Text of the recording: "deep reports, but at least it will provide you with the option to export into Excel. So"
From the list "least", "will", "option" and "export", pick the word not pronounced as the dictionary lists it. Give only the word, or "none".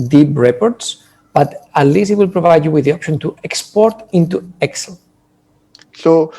least